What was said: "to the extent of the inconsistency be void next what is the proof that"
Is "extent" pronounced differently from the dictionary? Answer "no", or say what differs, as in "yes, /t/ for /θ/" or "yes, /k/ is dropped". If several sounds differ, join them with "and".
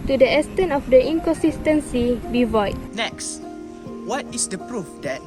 yes, /k/ is dropped